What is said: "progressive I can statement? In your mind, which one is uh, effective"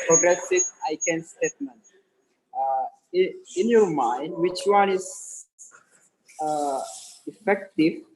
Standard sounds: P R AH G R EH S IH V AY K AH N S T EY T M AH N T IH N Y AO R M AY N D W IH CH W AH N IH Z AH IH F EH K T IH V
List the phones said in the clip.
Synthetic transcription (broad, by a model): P R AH G R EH S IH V AY K AH N S T EY T M AH N T IH N Y AO R M AY N D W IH CH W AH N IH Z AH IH F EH K T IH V